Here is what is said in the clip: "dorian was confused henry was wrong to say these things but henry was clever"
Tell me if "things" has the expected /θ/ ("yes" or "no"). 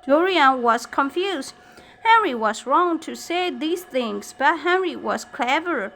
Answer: yes